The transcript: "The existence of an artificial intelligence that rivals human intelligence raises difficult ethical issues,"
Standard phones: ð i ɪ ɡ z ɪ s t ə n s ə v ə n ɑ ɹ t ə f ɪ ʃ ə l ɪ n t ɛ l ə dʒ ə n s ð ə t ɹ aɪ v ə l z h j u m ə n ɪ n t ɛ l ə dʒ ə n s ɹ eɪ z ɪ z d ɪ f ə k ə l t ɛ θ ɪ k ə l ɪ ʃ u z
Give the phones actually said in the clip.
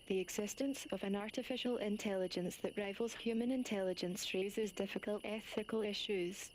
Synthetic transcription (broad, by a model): ð i ɪ ɡ z ɪ s t ə n s ə v ə n ɑ ɹ t ə f ɪ ʃ ə l ɪ n t ɛ l ə dʒ ə n s ð ə t ɹ aɪ v ə l z h j u m ə n ɪ n t ɛ l ə dʒ ə n s ɹ eɪ z ɪ z d ɪ f ə k ə l t ɛ θ ɪ k ə l ɪ ʃ u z